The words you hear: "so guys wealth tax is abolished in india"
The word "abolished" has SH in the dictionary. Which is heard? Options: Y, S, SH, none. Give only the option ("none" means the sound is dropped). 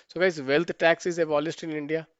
S